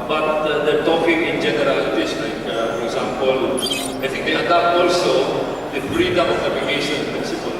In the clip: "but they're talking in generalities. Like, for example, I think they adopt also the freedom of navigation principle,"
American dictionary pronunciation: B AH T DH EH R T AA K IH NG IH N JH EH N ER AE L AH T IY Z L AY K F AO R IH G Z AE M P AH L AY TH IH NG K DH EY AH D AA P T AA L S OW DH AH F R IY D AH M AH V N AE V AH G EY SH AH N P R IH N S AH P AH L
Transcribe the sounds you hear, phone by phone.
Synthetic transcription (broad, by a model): B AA T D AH T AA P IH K IH N JH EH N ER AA L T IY S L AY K F AO R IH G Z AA M P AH L AY T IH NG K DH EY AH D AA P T AA L S OW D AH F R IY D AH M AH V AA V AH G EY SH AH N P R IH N S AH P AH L